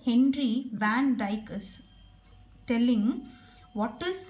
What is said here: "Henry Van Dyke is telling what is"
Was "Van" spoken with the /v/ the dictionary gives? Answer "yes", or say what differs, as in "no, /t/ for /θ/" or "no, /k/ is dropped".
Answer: yes